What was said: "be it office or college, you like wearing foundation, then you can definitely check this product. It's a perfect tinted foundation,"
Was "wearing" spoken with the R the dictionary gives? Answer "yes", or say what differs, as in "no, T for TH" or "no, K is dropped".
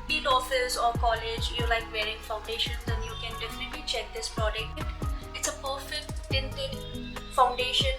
yes